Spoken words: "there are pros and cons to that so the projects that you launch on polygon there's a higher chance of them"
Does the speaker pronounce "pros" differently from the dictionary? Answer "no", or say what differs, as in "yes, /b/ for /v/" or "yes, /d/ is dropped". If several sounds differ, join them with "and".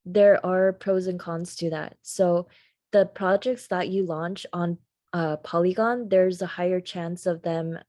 no